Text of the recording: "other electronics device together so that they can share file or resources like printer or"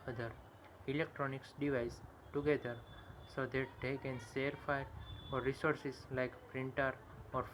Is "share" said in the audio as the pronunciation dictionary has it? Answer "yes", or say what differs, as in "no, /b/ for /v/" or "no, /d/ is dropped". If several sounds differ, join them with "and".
no, /s/ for /ʃ/